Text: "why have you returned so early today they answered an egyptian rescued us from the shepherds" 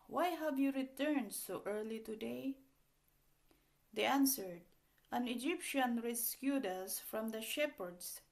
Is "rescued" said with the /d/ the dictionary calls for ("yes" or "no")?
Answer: yes